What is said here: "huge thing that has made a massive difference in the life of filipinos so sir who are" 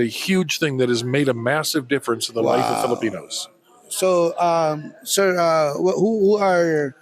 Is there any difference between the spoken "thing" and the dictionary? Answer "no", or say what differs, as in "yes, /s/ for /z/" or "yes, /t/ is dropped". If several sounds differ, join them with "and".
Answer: no